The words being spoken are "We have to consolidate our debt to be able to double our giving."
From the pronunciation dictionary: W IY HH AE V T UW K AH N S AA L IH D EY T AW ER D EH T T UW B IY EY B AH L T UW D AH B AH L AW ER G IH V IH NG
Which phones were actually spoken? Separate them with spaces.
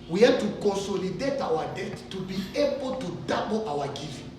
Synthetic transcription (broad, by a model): W IY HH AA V T UW K AH N S AA L IH D EY T AW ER D EH T T UW B IY EY B AH L T UW D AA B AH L AW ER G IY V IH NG